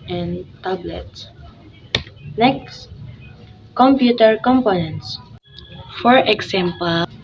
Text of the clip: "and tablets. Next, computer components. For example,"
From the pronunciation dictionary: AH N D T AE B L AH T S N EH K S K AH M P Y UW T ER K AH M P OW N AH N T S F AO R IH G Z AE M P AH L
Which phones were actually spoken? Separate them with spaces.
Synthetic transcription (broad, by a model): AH N T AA B L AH T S N EH K S K AH M P Y UW T ER K AH M P OW N AH N T S F AO R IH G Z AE M P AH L